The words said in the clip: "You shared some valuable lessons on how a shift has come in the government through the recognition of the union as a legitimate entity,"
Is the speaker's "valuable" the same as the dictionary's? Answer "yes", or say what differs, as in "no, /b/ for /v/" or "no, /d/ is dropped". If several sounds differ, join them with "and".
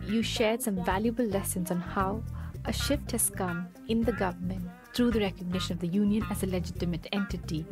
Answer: yes